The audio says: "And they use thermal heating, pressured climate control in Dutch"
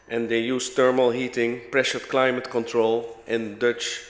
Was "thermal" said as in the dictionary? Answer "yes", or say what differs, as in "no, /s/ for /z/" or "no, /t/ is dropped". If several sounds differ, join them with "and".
no, /t/ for /θ/